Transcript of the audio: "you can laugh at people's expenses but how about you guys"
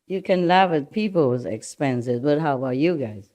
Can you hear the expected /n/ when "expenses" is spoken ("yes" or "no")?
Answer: yes